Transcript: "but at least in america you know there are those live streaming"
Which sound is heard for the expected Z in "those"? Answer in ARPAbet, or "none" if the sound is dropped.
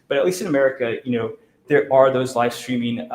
Z